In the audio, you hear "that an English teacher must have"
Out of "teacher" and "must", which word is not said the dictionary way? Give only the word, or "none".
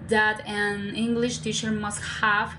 none